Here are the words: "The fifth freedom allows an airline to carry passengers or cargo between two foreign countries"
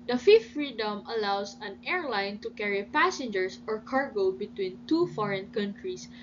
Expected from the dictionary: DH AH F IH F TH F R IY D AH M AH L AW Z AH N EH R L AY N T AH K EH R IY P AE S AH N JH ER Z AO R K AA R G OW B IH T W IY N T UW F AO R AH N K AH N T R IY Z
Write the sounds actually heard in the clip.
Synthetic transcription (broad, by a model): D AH F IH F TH F R IY D AH M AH L AW S AH N EH R L AY N T AH K EH R IY P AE S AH N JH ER S AO R K AA R G OW B IH T W IY N T UW F AO R AH N K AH N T R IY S